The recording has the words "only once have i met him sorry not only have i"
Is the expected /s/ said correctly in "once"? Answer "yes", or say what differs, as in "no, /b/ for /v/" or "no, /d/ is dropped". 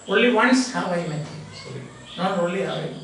yes